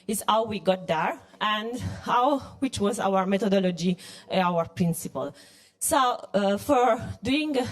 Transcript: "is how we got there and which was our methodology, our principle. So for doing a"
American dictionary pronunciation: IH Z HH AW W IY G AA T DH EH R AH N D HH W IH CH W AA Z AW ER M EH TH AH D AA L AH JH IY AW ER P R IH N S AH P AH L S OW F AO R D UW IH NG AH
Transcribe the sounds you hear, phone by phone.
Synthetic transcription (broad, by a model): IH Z HH AW W IY G AA T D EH R AH N D HH W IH CH W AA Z AW ER M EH T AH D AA L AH JH IY AW ER P R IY N S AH P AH L S OW F AO R D UW IH NG